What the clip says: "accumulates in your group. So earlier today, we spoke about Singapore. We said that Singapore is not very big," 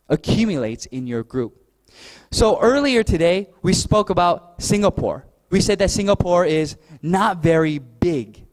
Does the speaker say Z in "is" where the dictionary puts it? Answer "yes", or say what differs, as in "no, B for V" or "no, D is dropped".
yes